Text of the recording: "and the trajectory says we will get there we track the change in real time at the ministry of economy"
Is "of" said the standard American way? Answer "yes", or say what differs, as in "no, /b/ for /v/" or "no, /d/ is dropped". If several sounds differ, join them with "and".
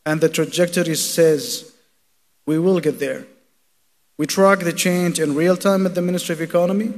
yes